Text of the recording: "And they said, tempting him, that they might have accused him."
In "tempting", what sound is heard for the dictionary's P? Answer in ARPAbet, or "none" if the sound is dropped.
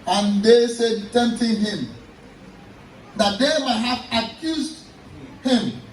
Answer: none